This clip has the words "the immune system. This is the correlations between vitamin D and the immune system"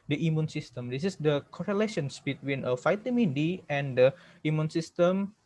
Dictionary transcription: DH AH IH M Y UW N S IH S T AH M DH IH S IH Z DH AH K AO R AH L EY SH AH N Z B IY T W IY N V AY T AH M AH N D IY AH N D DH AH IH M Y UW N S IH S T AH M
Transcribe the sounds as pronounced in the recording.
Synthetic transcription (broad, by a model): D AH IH M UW N S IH S T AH M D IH S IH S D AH K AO R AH L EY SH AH N S B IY T W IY N F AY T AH M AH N D IY AH N D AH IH M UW N S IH S T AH M